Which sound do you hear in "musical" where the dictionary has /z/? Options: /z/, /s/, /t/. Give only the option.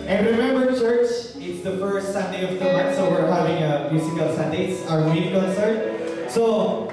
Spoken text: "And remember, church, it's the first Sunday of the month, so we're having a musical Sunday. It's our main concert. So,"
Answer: /s/